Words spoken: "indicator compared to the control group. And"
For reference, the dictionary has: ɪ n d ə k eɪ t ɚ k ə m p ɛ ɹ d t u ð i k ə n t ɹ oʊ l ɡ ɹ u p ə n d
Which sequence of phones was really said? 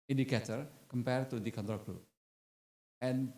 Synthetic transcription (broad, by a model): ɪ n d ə k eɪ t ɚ k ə m p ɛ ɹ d t u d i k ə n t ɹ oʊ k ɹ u ə n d